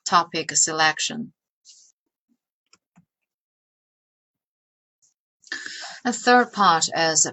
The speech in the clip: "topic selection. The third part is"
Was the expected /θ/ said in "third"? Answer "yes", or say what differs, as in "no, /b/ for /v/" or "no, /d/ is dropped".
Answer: yes